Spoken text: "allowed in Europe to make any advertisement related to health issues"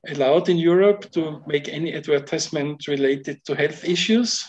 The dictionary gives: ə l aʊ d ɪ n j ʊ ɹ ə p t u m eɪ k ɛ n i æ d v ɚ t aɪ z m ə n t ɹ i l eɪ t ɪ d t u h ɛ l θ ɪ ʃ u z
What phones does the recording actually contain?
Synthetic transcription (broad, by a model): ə l aʊ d ɪ n j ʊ ɹ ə p t u m eɪ k ɛ n i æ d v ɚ t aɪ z m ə n t ɹ i l eɪ t ɪ d t u h ɛ l θ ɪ ʃ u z